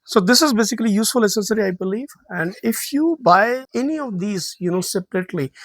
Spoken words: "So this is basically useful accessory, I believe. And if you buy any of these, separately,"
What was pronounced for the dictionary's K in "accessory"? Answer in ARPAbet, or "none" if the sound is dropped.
none